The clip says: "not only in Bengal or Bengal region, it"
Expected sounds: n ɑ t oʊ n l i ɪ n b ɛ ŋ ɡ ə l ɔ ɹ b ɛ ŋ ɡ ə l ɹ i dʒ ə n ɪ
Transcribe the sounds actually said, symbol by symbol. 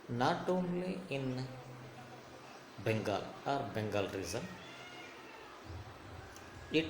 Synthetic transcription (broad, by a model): n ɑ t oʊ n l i ɪ n b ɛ ŋ ɡ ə l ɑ ɹ b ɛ ŋ ɡ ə l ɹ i z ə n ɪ